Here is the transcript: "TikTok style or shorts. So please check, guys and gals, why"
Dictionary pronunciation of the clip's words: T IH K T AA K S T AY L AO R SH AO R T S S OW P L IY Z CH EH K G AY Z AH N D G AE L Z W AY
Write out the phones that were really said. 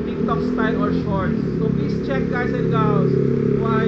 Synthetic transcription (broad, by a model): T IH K T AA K S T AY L AO R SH AO R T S S OW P L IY S CH EH K G AY S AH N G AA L S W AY